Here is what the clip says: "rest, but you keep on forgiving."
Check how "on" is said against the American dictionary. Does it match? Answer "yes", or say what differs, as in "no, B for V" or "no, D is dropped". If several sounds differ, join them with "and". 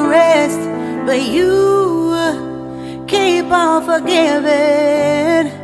no, L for N